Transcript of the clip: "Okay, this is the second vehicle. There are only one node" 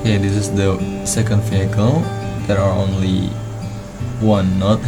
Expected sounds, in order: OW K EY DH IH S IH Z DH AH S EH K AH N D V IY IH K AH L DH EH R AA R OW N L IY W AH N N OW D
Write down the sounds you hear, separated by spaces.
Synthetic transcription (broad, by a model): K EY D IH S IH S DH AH S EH K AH N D F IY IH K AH L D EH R AA R OW N L IY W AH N N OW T